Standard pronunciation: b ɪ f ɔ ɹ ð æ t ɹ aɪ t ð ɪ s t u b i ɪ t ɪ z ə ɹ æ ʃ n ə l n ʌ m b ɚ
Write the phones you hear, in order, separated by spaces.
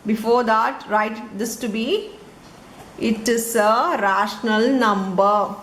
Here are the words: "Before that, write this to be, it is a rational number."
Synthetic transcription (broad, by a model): b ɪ f ɔ ɹ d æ t ɹ aɪ t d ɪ s t u b i ɪ t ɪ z ə ɹ æ ʃ n ə l n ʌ m b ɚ